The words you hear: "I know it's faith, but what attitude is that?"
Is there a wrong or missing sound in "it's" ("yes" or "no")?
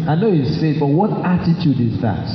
yes